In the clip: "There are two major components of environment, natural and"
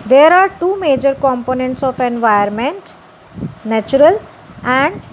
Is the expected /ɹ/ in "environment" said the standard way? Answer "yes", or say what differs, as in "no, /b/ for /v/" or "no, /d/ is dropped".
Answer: no, /ɹ/ is dropped